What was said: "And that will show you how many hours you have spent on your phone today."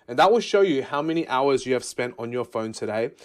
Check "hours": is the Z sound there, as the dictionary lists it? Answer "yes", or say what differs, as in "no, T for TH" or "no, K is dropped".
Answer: yes